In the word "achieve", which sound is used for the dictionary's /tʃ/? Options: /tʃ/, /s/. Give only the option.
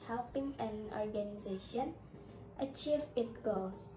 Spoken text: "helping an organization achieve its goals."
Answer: /tʃ/